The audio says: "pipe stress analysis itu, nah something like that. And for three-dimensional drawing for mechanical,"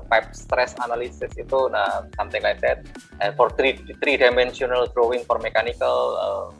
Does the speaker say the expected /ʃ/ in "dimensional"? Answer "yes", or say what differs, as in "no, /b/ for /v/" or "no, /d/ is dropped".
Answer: no, /s/ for /ʃ/